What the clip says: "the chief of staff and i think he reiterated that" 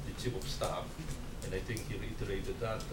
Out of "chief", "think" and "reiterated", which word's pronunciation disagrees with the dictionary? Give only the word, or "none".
chief